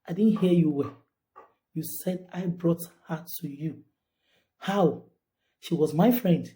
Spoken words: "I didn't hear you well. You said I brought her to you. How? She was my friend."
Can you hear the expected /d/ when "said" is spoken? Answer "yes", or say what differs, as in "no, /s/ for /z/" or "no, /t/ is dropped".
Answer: yes